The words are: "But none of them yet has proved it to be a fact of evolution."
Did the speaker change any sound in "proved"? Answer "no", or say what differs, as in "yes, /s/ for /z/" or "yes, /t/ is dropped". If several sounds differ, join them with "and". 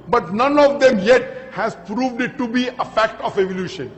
no